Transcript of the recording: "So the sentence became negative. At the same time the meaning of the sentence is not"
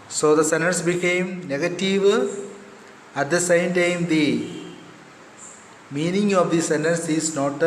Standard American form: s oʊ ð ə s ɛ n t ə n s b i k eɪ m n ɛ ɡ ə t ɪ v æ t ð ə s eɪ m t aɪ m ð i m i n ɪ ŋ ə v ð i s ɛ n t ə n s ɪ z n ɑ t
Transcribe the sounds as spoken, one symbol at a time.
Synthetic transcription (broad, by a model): s oʊ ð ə s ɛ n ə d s b i k eɪ m n ɛ ɡ ə t ɪ v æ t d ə s eɪ m t aɪ m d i m i n ɪ ŋ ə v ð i s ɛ n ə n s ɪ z n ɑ t